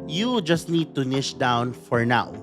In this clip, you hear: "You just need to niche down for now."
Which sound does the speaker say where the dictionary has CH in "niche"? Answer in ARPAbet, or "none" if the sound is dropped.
SH